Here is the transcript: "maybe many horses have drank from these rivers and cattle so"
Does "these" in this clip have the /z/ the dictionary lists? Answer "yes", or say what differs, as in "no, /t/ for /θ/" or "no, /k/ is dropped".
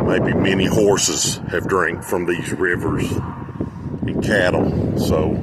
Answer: yes